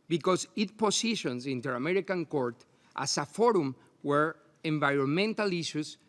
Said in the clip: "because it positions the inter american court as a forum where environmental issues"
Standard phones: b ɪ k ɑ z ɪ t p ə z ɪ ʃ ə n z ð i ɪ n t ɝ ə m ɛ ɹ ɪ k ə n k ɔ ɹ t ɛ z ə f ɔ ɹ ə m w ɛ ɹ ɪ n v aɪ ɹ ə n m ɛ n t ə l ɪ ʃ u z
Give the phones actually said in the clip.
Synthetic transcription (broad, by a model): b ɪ k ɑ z ɪ t p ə s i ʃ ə n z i n t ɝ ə m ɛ ɹ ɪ k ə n k ɔ ɹ t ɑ s ə f ɔ ɹ ə m w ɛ ɹ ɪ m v aɪ ɹ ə n m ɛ n t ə l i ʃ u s